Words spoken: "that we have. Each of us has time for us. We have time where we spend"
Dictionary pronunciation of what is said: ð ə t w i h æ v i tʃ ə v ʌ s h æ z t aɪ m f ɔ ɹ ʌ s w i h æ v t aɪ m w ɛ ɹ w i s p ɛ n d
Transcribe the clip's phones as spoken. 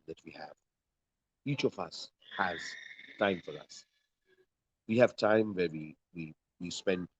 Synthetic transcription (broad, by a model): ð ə t w i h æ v i tʃ ə v ʌ s h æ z t aɪ m f ɔ ɹ ʌ s w i h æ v t aɪ m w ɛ w w i s p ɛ n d